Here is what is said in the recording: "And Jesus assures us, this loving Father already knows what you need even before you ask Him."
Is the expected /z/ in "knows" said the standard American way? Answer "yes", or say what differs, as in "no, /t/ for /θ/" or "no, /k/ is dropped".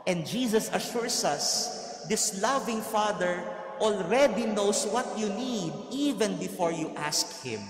no, /s/ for /z/